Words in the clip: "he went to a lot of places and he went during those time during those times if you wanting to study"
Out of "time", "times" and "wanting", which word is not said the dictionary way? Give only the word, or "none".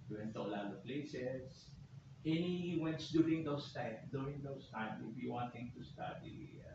times